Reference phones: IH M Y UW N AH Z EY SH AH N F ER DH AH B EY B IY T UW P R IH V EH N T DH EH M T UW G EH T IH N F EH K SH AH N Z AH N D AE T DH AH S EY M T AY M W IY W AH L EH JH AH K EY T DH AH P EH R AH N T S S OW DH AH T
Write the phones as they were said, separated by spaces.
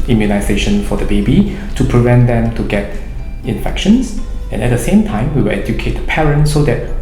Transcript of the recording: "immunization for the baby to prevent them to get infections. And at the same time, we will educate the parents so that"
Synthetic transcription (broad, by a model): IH M Y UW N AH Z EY SH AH N F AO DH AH B EY B IY T UW P R IH V EH N T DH EH M T UW G EH T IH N F EH K SH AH N S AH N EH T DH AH S EY M T AY M W IY W AH L EH JH AH K EY T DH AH P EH R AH N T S S OW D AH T